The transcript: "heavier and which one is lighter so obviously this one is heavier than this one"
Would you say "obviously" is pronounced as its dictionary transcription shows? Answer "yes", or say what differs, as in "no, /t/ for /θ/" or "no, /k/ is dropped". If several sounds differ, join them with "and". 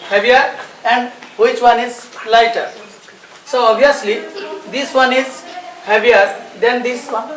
no, /v/ is dropped